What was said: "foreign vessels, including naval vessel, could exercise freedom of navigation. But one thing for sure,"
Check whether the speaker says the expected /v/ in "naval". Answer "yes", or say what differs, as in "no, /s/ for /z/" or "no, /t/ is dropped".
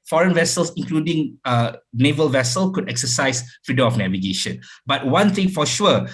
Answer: yes